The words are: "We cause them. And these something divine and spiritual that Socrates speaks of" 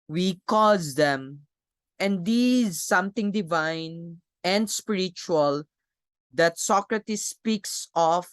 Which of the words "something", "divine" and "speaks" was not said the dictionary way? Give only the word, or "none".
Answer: something